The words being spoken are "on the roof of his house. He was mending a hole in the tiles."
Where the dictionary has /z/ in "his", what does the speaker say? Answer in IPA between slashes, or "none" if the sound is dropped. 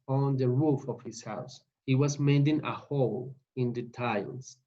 /s/